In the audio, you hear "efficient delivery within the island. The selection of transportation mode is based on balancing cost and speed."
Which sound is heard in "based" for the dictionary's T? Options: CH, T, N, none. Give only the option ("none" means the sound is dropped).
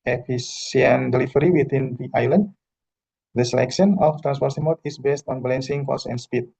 T